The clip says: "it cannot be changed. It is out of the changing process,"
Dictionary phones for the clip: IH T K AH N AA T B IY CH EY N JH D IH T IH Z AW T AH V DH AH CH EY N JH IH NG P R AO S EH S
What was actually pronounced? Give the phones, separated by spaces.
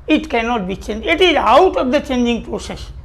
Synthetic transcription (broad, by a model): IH T K AH N AA T B IY CH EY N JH IH T IH Z AW T AH V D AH CH EY N JH IH NG P R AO S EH S